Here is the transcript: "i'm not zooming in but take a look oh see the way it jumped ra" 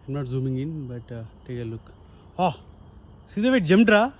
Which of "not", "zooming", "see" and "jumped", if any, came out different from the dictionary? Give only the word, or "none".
jumped